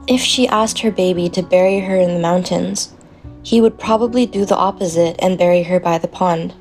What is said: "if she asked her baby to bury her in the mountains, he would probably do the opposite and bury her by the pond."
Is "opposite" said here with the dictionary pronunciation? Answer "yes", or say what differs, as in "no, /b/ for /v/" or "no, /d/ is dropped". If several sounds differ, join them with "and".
yes